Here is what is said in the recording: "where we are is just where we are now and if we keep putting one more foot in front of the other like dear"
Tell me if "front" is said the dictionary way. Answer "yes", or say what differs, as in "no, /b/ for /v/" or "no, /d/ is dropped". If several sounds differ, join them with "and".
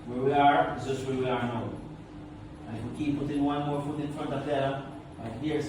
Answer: yes